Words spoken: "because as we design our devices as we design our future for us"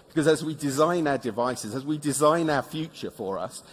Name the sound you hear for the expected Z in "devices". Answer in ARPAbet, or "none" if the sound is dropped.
Z